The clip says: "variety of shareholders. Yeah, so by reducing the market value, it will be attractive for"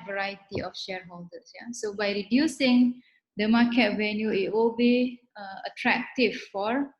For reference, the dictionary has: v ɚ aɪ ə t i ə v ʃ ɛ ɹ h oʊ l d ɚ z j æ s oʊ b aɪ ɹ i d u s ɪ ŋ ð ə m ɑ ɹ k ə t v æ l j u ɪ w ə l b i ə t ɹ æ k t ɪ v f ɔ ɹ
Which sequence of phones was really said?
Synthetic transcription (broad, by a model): v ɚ aɪ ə t i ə f ʃ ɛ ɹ h oʊ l d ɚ s j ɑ s oʊ b aɪ ɹ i d u s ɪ ŋ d ə m ɑ k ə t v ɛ n j u ɪ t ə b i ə t ɹ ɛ k t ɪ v f ɔ ɹ